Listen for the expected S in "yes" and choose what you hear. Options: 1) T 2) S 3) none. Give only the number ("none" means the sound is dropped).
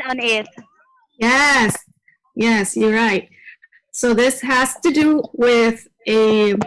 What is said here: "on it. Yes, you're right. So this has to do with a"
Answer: 2